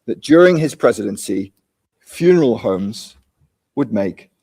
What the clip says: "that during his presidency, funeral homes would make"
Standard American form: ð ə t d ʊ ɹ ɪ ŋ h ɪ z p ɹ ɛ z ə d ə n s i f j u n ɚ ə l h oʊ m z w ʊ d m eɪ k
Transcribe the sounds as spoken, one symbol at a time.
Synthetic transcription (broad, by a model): ð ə t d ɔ ɹ ɪ ŋ ɪ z p ɹ ɛ z ə d ə n s i f j u n ɚ ə l h oʊ m z w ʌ d m eɪ k